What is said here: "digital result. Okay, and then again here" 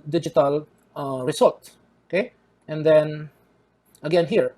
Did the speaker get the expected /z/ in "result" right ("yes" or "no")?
no